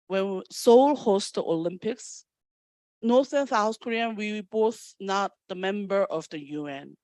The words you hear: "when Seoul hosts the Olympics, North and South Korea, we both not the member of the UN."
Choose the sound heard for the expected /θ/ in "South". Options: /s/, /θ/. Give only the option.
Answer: /s/